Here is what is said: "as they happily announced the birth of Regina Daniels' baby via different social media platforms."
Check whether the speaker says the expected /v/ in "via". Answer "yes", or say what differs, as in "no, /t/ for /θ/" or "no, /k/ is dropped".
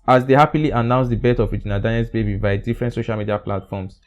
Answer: no, /b/ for /v/